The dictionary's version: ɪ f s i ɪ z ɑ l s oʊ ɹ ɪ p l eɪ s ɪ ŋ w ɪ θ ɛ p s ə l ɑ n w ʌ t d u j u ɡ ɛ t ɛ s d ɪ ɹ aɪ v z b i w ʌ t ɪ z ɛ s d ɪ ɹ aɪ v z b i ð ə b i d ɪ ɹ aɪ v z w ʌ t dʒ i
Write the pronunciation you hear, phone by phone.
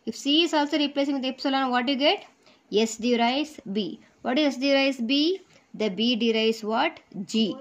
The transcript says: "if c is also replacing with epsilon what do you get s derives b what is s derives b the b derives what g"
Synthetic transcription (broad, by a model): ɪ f s i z ɑ l s oʊ ɹ ɪ p l eɪ s ɪ ŋ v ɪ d ɛ p s ə l ɑ n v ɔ t j u ɡ ɛ t ɛ s d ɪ ɹ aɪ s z b i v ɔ t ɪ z ɛ s d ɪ ɹ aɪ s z b i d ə b i d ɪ ɹ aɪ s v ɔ t dʒ i